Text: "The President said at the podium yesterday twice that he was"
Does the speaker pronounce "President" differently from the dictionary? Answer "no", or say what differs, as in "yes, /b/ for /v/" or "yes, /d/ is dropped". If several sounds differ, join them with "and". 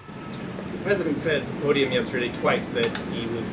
no